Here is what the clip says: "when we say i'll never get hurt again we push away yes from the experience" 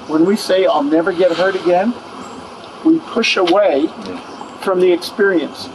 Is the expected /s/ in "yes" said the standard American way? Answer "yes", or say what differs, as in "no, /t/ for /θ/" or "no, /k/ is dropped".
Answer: no, /s/ is dropped